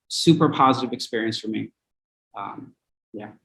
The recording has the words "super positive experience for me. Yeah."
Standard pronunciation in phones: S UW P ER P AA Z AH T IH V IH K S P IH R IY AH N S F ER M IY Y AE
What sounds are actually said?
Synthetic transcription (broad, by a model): S UW P ER P AA Z AH T IH V IH K S P IH R IY AH N S F ER M IY Y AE